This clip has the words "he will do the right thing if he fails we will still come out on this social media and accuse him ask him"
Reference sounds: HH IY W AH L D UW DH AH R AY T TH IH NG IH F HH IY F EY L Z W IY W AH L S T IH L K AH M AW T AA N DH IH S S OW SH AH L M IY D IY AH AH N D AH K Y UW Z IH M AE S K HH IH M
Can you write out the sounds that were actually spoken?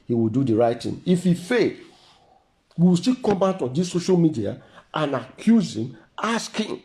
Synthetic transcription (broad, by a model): HH IY W AH L D UW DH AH R AY T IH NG IH F HH IY F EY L W IY W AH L S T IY K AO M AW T AA N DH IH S S OW SH AH L M IY D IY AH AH N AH K Y UW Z IH M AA S K HH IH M